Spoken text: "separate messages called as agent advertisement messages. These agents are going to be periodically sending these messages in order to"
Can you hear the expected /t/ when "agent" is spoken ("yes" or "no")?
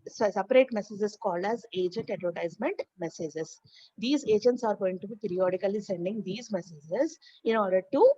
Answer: yes